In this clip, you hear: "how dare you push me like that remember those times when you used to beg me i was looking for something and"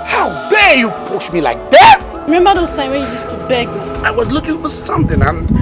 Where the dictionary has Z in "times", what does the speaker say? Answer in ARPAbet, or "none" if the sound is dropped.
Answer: none